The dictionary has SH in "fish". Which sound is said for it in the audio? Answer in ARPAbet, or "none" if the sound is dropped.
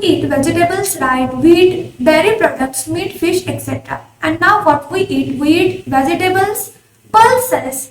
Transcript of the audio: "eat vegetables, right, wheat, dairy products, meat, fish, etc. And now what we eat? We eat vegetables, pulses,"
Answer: SH